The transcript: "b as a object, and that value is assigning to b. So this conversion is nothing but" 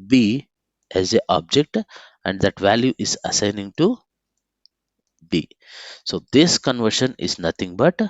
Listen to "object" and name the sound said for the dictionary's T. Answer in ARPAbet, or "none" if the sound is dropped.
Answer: T